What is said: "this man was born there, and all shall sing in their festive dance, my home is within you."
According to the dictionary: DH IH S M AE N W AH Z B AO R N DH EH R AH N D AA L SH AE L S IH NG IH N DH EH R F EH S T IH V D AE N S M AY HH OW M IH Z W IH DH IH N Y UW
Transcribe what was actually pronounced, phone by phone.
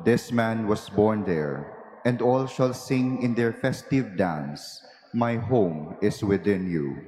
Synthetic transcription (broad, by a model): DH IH S M AE N W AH S B AO R N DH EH R AH N D AA L SH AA L S IH NG IH N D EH R F EH S T IH V D AE N S M AY HH OW M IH S W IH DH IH N Y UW